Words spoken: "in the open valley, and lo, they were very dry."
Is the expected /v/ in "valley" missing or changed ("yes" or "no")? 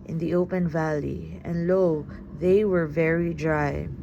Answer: no